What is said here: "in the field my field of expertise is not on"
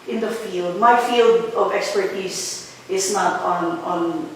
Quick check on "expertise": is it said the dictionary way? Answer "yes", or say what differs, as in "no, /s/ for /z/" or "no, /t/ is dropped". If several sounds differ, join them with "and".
no, /s/ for /z/